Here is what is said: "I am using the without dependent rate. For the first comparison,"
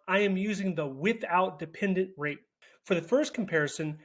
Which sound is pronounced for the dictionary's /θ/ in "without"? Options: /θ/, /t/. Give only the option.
/θ/